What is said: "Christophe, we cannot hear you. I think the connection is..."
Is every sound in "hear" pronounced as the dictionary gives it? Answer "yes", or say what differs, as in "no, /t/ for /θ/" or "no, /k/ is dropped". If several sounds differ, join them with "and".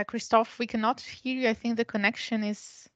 yes